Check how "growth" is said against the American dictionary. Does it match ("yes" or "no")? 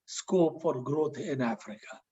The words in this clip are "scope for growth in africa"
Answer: no